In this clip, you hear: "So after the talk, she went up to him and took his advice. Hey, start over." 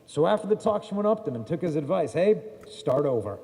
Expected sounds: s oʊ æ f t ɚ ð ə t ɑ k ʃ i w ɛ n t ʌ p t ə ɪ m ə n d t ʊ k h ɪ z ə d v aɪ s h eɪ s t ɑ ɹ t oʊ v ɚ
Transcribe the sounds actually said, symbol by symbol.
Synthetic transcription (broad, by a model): s oʊ æ f t ɚ ð ə t ɑ k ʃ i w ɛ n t ʌ p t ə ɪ m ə n t ʊ k h ɪ z ə d v aɪ s h eɪ s t ɑ ɹ t oʊ v ɚ